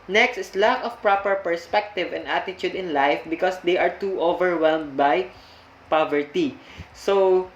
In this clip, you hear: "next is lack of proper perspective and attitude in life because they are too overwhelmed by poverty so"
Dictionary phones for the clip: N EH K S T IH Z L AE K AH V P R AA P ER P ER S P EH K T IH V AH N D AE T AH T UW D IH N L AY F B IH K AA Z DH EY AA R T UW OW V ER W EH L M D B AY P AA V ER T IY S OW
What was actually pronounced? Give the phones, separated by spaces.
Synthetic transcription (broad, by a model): N EH K S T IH S L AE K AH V P R AA P ER P ER S P EH K T IH V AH N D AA T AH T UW D IH N L AY F B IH K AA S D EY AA R T UW OW V ER W EH L M D B AY P AA V ER T IY S OW